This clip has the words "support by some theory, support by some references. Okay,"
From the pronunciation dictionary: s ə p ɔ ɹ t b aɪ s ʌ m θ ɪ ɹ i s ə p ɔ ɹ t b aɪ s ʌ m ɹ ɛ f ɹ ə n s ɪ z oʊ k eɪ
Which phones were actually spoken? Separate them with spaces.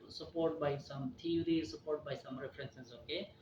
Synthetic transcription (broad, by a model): s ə p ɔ ɹ t b aɪ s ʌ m t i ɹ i s ə p ɔ ɹ t b aɪ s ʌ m ɹ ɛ p ɹ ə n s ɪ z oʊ k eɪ